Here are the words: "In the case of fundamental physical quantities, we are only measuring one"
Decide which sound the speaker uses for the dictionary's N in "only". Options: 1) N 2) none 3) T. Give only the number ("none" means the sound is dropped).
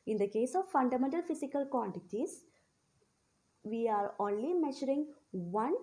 1